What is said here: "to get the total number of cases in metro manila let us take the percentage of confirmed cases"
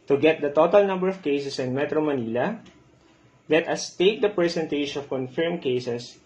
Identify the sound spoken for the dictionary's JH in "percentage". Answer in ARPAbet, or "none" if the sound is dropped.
SH